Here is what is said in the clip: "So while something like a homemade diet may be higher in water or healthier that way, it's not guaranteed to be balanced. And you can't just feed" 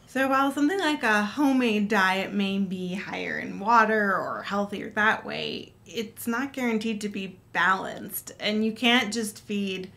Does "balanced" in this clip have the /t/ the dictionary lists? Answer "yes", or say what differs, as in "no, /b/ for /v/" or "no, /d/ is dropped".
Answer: yes